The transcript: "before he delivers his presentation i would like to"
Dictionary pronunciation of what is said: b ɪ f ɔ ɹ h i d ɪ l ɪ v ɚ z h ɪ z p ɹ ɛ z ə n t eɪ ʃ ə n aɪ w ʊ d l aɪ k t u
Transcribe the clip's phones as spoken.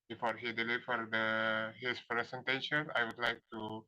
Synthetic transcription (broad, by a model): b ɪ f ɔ ɹ h i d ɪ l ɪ f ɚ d h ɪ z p ɹ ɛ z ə n t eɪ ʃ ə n aɪ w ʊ d l aɪ k t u